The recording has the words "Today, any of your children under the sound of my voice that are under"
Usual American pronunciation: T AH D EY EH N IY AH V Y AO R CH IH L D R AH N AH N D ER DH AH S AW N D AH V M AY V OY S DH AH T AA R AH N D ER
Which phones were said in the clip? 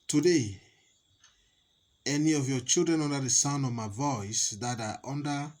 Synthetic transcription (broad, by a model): T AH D EY EH N IY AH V Y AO CH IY L D R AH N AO N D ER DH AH S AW N AH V M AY V OY S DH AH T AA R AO N D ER